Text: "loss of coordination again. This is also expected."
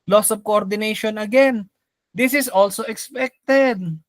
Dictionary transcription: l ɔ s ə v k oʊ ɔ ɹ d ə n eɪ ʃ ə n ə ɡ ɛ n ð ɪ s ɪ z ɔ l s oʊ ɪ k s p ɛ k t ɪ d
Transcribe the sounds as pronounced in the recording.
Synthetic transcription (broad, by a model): l ɔ s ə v k oʊ ɔ ɹ d ə n eɪ ʃ ə n ə ɡ ɛ n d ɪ s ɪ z ɔ l s oʊ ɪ k s p ɛ k t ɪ d